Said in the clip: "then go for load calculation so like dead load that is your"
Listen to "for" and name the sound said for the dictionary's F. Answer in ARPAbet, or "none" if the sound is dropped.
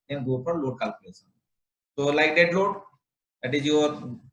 P